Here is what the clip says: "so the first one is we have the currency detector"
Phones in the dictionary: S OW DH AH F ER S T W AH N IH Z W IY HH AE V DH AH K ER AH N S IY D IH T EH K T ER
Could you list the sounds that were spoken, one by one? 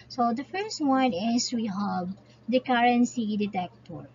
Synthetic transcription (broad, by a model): S OW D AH F ER S T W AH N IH S W IY HH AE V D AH K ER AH N S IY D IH T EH K T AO